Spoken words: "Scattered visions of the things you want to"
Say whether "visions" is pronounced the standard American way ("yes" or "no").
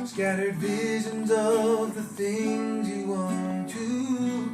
yes